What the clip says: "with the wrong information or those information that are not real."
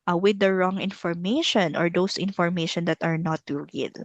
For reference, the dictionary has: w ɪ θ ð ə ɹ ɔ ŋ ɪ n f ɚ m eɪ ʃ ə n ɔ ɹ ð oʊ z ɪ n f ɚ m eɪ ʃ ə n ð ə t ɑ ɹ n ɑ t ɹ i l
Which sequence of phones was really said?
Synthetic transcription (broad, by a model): w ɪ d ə ɹ ɔ ŋ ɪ n f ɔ m eɪ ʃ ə n ɔ ɹ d oʊ s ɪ n f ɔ m eɪ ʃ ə n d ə t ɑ ɹ n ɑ t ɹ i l